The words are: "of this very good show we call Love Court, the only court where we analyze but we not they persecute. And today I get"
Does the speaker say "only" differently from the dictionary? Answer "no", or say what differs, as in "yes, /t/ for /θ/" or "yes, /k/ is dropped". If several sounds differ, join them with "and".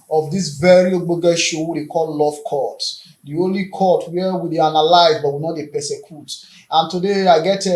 no